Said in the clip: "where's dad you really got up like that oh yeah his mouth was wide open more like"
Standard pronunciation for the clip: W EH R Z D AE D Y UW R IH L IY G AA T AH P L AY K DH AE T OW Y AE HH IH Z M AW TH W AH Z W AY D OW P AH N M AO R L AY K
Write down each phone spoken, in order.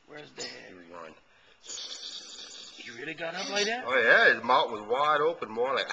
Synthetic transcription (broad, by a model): W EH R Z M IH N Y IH R IH L IY G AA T AH P L AY K DH AE T OW Y AE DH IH M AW T W AH Z W AY D OW P AH N M AO R L AY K